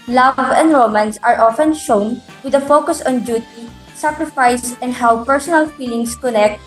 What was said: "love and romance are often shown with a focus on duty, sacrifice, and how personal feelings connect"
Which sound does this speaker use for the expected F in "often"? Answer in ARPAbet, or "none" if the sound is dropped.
F